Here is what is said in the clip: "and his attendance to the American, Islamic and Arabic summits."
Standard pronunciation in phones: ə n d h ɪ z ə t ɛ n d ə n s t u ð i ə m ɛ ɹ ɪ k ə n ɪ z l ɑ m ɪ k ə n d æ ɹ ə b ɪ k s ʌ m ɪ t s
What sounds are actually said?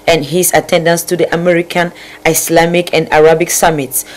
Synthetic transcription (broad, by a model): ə n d h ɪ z ə t ɛ n d ə n s t u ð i ə m ɛ ɹ ɪ k ə n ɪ s l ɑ m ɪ k ə n d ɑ ɹ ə b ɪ k s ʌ m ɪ t s